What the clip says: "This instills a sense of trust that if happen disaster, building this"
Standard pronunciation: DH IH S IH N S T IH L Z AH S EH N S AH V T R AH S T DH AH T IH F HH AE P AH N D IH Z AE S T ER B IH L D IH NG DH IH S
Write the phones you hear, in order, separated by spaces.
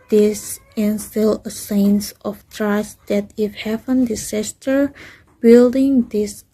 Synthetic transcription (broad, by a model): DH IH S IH N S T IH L AH S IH N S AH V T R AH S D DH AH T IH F HH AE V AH N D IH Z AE S T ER B IH L D IH NG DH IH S